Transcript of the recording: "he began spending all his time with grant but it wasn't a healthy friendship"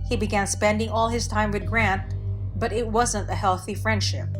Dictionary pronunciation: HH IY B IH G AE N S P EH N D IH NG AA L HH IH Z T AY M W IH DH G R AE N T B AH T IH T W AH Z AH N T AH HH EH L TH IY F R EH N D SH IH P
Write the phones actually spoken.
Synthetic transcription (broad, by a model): HH IY B IH G AE N S P EH N D IH NG AA L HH IH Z T AY M W IH DH G R AE N T B AH T IH T W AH Z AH N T AH HH EH L TH IY F R EH N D SH IH P